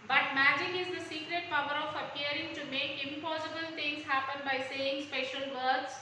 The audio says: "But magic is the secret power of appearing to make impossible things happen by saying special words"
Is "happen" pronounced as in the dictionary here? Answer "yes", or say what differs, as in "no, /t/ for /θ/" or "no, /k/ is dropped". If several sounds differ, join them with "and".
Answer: yes